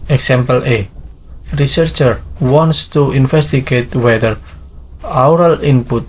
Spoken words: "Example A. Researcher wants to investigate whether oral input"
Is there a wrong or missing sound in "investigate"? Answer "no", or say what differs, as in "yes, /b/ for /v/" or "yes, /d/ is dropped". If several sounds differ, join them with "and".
yes, /f/ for /v/